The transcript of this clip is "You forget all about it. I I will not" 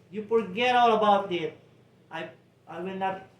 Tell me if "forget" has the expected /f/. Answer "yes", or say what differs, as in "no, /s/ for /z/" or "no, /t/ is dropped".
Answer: no, /p/ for /f/